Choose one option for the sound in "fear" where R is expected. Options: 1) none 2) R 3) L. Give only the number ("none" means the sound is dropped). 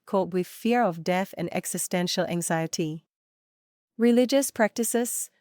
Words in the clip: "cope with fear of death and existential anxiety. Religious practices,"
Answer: 2